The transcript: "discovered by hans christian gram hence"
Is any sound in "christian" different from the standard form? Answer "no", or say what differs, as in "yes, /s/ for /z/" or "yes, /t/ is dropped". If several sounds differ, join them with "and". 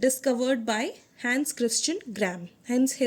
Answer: no